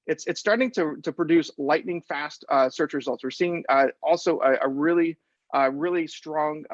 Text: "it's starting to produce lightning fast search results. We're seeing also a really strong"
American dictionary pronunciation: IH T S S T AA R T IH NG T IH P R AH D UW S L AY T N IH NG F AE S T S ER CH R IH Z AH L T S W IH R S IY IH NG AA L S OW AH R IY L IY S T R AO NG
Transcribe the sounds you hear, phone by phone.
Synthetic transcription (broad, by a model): IH T S S T AA R T IH NG T IH P R AH D UW S L AY T N IH NG F AE S T S ER CH R IH Z AH L T S W IH R S IY IH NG AA L S OW AH R IY L IY S T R AO NG